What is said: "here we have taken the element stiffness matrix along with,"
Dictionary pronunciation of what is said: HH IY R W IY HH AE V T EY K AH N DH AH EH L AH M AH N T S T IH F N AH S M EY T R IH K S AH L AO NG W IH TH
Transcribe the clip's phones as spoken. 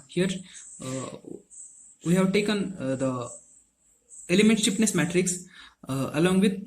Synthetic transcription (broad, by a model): HH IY R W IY HH AE V T EY K AH N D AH EH L AH M AH N T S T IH P N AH S M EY T R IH K S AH L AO NG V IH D